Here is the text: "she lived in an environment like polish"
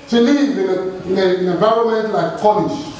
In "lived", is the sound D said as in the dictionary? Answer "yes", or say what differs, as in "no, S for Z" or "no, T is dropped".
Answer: no, D is dropped